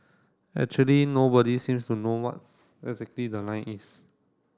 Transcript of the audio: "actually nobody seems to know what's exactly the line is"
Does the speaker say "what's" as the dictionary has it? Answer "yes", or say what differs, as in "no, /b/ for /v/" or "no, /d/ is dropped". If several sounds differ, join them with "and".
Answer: no, /s/ is dropped